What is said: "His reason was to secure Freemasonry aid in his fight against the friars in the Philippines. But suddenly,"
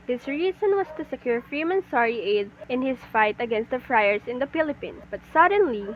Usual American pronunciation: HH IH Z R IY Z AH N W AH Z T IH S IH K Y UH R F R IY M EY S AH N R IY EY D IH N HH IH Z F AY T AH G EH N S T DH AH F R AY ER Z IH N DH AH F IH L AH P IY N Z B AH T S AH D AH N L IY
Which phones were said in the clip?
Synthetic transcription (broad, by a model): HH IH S R IY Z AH N W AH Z T IH S IH K Y UH R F R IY M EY S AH R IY EY D IH N HH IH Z F AY T AH G EH N S T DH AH F R AY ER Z IH N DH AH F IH L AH P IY N S B AH T S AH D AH N L IY